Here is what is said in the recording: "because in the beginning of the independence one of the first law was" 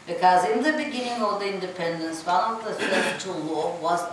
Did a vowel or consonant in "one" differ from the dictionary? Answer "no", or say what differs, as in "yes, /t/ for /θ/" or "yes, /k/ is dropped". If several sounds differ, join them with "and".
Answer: yes, /l/ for /n/